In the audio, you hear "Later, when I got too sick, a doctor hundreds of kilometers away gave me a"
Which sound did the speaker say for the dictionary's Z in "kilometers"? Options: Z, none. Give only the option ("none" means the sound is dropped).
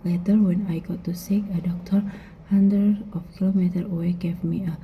none